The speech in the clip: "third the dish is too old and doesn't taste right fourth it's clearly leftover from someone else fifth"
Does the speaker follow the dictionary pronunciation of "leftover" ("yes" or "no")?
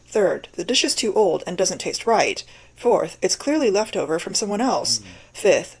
yes